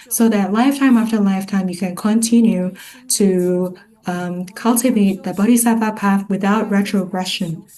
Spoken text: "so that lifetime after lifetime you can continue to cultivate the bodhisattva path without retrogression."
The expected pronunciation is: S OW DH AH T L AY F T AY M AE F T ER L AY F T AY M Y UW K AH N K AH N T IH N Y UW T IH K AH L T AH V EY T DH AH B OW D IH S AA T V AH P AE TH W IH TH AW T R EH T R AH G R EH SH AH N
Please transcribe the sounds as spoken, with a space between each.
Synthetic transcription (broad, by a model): S OW DH AH T L AY F T AY M AE F T ER L AY F T AY M Y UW K AH N K AH N T IH N Y UW T IH K AH L T AH V EY T DH AH B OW D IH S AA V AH P AE TH W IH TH AW T R EH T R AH G R EH SH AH N